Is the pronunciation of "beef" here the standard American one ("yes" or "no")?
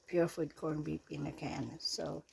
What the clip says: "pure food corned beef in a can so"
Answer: no